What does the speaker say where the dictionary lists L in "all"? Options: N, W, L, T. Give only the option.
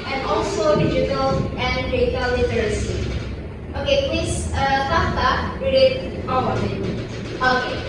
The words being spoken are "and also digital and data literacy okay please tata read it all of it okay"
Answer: W